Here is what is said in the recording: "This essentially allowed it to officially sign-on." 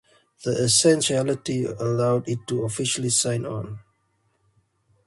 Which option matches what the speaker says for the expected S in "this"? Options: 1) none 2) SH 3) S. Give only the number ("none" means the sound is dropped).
1